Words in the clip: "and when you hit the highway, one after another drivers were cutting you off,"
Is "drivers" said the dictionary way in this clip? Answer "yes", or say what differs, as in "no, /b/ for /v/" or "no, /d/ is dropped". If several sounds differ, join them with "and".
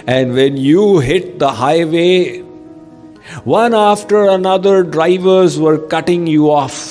yes